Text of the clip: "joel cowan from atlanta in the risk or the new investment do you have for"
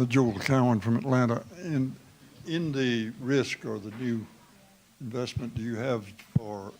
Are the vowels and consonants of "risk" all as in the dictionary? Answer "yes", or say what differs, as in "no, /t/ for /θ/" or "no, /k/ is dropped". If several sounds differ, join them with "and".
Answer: yes